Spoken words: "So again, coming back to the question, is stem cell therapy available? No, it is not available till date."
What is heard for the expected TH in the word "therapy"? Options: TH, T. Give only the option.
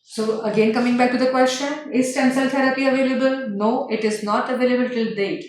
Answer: T